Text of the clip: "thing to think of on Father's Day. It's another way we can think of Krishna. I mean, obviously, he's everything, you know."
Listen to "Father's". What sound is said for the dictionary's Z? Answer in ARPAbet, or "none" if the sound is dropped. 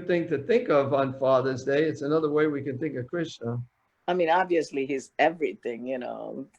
Z